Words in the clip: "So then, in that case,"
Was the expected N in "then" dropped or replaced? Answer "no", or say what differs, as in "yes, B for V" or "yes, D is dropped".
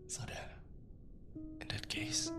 yes, N is dropped